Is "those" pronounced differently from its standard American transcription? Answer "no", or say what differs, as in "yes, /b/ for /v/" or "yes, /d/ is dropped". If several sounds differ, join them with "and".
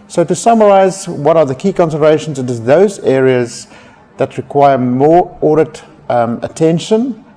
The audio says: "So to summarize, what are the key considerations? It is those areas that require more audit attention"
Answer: no